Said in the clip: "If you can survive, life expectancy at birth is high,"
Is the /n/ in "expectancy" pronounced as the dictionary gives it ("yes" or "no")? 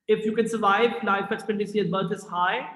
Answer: no